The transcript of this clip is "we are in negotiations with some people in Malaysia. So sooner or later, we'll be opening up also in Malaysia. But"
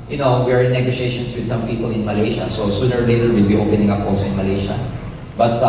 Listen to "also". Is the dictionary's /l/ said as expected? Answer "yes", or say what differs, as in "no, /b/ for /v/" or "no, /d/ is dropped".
no, /l/ is dropped